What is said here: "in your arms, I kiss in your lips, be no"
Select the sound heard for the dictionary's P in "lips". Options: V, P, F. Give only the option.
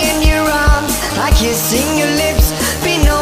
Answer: P